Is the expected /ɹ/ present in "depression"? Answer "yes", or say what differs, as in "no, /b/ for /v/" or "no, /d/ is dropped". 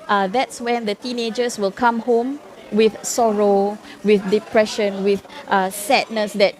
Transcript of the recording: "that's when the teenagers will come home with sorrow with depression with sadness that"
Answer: yes